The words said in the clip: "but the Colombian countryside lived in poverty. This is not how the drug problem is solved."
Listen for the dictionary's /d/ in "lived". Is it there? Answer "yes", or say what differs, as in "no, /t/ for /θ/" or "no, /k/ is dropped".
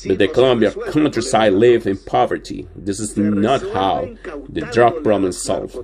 no, /d/ is dropped